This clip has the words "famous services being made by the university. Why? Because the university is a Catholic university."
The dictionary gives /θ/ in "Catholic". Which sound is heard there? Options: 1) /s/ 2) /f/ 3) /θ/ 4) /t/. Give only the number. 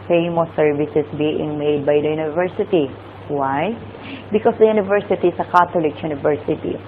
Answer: 4